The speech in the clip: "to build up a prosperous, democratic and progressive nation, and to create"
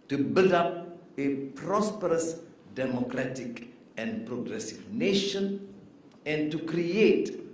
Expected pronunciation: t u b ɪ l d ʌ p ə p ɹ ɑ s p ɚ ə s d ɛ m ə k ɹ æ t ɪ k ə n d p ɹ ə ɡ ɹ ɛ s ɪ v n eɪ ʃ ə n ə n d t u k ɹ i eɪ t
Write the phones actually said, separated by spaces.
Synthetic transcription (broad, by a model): t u b ɪ l d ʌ p ə p ɹ ɑ s p ɚ ə s d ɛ m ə k ɹ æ t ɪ k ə n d p ɹ ə ɡ ɹ ɛ s ɪ v n eɪ ʃ ə n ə n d t u k ɹ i eɪ t